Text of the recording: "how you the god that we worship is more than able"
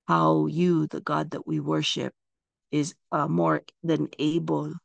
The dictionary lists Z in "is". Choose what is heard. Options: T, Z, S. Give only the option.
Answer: Z